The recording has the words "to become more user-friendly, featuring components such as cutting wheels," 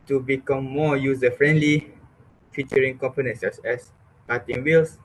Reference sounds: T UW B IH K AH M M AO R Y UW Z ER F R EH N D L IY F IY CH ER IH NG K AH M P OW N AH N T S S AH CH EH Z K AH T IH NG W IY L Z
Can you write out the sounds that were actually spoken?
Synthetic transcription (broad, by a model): T UW B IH K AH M M AO Y UW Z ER F R EH N D L IY F IY CH ER IH NG K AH M P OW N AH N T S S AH S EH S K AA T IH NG W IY L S